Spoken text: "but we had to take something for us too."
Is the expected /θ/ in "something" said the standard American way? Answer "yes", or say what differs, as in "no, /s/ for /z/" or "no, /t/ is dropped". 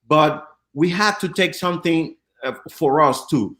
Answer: yes